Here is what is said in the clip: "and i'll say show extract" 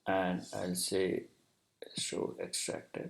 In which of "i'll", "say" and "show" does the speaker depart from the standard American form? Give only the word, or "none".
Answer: show